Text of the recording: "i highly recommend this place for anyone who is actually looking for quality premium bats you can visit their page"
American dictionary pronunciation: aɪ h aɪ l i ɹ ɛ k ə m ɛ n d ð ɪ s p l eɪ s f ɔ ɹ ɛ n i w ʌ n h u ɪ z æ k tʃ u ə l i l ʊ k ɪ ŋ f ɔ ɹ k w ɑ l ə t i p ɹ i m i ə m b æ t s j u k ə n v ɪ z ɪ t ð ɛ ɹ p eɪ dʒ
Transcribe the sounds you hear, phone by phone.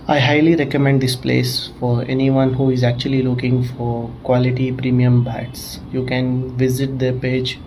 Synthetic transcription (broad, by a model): aɪ h aɪ l i ɹ ɛ k ə m ɛ n d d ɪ s p l eɪ s f ɔ ɹ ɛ n i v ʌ n h u ɪ z æ k tʃ u ə l i l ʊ k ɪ ŋ f ɔ ɹ k w ɑ l ə t i p ɹ i m i ə m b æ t s j u k ə n v ɪ z ɪ t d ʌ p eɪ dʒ